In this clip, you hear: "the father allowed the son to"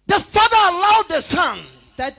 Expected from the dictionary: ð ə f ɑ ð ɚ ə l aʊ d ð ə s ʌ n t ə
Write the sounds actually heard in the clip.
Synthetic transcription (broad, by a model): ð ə f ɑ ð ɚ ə ʊ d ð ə s ʌ n